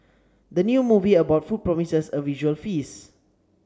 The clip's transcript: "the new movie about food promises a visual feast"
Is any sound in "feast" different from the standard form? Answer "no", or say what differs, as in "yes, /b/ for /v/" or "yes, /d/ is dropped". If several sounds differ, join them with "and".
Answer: yes, /t/ is dropped